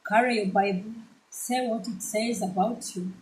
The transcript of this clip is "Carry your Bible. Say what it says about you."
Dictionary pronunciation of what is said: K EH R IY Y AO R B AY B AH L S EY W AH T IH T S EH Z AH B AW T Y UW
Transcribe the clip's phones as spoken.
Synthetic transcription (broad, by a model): K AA R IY Y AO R B AY B AH L S EY W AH T IH T S EH Z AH B AW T Y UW